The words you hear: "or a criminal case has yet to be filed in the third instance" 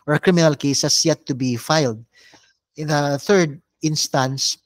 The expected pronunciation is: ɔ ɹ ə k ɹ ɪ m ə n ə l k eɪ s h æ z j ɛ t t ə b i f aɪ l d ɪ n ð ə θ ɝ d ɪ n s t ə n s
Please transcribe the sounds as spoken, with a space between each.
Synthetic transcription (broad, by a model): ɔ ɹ ə k ɹ ɪ m ə n ə l k eɪ s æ s j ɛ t t ə b i f aɪ l d ɪ n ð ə θ ɝ d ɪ n s t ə n s